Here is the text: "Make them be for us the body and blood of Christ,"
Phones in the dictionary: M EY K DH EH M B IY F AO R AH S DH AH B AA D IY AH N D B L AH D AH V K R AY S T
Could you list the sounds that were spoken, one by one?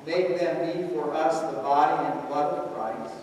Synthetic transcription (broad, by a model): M EY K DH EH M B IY F AO R AH S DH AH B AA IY AH N D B AH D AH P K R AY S